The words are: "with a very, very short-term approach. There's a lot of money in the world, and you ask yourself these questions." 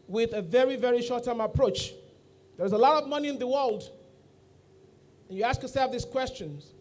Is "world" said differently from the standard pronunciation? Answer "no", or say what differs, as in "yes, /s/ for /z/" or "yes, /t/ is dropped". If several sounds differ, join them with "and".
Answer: no